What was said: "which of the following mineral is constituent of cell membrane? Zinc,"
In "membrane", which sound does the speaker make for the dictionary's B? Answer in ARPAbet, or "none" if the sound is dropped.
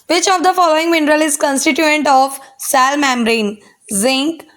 none